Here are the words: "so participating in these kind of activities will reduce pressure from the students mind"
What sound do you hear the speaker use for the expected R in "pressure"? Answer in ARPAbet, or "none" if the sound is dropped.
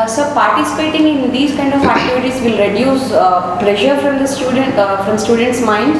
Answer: L